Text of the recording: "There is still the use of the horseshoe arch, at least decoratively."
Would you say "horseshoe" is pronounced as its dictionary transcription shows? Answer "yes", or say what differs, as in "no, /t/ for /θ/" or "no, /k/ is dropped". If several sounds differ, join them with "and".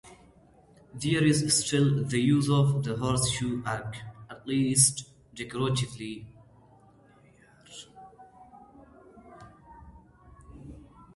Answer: yes